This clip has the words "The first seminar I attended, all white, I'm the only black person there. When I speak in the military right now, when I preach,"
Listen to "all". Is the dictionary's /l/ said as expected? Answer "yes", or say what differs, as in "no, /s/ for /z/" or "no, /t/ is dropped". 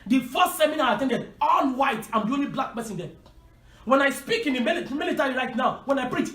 no, /n/ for /l/